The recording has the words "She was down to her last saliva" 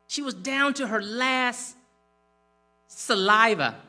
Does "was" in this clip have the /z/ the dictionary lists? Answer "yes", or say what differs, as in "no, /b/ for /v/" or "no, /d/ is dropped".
yes